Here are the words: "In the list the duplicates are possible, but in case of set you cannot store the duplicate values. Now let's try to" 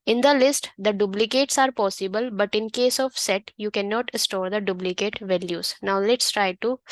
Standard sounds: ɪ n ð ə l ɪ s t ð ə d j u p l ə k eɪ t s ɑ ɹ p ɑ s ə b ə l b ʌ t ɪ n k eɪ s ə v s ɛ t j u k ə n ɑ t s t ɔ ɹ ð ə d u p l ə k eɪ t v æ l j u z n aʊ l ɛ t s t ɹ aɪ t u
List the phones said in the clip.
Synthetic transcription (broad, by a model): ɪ n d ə l ɪ s t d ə d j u b l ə k eɪ t s ɑ ɹ p ɑ s ə b ə l b ʌ t ɪ n k eɪ s ə v s ɛ t j u k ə n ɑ t s t ɔ ɹ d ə d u b l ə k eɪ t v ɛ l j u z n aʊ l ɛ t s t ɹ aɪ t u